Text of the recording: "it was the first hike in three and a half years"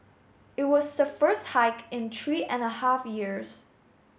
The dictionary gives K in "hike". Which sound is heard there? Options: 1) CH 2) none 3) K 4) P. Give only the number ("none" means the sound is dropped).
3